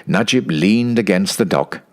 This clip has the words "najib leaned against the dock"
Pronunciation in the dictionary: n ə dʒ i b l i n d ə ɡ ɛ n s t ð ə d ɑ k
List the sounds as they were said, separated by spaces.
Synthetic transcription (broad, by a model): n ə dʒ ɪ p l i n d ə ɡ ɛ n s t ð ə d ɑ k